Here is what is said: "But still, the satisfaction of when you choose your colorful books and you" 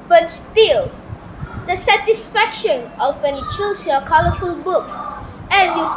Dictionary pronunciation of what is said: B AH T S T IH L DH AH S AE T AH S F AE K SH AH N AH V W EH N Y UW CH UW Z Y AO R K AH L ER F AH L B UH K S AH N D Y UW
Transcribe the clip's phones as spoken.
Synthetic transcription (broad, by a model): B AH T S T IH L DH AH S AE T AH S F AE K SH AH N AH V W EH N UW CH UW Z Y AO K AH L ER F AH L B UH K S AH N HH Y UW